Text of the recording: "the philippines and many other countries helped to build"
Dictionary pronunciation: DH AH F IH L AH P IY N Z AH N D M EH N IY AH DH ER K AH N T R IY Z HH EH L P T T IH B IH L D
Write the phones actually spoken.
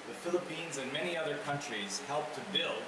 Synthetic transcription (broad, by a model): DH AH F IH L AH P IY N Z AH N M EH N IY AH DH ER K AH N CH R IY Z HH EH L P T T IH B IH L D